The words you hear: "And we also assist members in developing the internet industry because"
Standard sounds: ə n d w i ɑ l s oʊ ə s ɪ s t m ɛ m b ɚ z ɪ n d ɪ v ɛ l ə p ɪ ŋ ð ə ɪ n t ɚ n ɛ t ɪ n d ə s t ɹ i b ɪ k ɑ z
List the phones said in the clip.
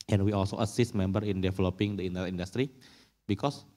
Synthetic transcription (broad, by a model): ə n w i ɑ l s oʊ ə s ɪ s t m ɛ m b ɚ ɪ n d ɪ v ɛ l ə p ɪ ŋ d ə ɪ n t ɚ i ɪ n d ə s t ɹ i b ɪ k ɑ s